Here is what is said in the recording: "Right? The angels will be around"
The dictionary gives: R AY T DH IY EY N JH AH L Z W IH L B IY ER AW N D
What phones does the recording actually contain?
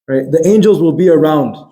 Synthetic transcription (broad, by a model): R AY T DH IY EY N JH AH L Z W IH L B IY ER AW N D